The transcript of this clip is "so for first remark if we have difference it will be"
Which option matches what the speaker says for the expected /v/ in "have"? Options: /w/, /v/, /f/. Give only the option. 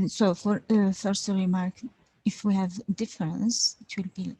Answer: /v/